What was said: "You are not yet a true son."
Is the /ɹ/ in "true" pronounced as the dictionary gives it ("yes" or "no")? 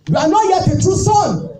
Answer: no